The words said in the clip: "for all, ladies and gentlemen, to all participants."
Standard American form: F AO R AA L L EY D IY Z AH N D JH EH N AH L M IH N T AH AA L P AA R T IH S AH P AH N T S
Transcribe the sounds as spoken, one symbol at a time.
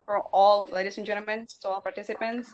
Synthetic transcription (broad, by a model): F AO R AA L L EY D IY S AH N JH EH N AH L M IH N S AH AA L P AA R T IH S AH P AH N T S